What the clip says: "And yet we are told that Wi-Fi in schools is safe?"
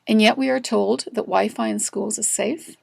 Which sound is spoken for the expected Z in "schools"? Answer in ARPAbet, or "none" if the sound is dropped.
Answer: Z